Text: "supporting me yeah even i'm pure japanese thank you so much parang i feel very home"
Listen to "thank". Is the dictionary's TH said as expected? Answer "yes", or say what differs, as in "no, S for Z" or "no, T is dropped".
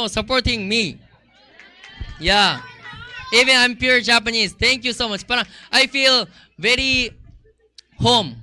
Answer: no, T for TH